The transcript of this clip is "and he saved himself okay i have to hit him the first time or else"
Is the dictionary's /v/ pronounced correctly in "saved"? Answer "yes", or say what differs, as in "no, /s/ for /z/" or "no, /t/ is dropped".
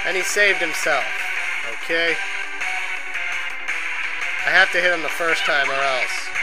yes